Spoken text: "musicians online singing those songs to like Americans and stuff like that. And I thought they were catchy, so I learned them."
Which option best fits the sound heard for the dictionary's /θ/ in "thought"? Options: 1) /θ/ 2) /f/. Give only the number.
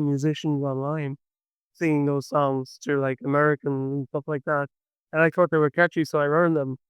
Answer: 1